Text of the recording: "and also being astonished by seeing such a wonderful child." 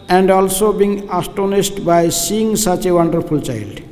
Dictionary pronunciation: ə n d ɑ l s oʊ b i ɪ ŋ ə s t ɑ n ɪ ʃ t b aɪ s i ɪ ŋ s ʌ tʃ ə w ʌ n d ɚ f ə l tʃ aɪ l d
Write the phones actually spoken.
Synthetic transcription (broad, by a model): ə n d ɑ l s oʊ b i ŋ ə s t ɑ n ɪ s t b aɪ s i ɪ ŋ s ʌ tʃ ə w ʌ n d ɚ f ə l tʃ aɪ l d